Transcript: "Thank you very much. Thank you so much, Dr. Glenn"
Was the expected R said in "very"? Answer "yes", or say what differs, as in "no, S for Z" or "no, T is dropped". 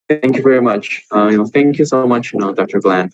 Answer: yes